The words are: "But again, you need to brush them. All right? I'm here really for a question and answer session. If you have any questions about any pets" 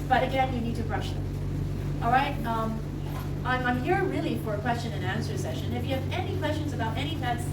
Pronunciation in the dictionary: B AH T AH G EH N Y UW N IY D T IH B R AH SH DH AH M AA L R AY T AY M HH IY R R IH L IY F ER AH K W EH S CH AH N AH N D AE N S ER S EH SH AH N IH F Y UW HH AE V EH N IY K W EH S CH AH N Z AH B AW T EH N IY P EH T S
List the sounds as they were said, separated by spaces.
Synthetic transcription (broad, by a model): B AH T AH G EH N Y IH N IY D T IH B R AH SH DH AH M AA L R AY T AY M HH IY R R IH L IY F ER AH K W EH S CH AH N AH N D AE N S ER S EH SH AH N IH F Y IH V EH N IY K W EH S CH AH N Z AH B AW T EH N IY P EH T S